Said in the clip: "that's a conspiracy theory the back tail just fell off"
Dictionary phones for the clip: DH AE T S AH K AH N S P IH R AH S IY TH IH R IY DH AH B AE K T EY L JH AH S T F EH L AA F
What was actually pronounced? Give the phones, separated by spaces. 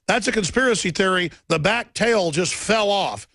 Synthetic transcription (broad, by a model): DH AE T S AH K AH N S P IH R AH S IY TH IH R IY DH AH B AE K T EY L JH AH S T F EH L AA F